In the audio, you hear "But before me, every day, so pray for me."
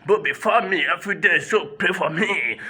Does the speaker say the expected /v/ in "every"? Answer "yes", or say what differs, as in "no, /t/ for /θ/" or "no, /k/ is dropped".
no, /f/ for /v/